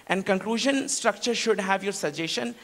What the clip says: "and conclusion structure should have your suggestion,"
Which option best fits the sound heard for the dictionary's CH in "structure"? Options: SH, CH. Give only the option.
CH